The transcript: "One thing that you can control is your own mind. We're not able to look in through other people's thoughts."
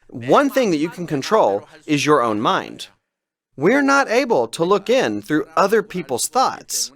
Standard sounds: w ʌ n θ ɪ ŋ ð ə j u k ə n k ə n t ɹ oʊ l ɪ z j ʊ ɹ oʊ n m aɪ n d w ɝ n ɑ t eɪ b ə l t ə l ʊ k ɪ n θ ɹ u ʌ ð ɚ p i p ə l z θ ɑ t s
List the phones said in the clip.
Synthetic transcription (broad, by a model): w ʌ n θ ɪ ŋ ð ə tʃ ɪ k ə n k ə n t ɹ oʊ l ɪ z j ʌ ɹ oʊ n m aɪ n d w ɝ n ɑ t eɪ b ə l t ə l ʊ k ɪ n θ ɹ u ʌ ð ɚ p i p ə l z θ ɑ t s